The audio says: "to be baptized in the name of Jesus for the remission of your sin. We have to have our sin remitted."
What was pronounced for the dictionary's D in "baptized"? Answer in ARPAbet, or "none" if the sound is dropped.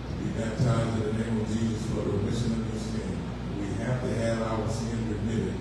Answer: none